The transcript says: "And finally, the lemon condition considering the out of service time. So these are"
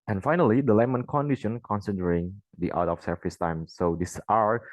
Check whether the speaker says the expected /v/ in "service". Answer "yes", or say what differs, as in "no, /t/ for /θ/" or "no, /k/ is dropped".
no, /f/ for /v/